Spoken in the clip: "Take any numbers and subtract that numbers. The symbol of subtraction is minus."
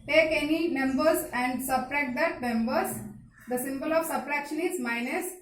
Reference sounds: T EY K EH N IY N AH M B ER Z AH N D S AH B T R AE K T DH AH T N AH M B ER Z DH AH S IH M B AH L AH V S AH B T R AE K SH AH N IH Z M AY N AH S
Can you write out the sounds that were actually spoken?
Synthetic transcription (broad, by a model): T EY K EH N IY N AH M B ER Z AH N D S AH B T R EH T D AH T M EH M B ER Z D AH S IH M B AH L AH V S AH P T R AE K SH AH N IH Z M AY N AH S